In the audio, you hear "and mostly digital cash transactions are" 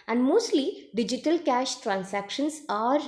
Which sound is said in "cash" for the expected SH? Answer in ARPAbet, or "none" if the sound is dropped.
SH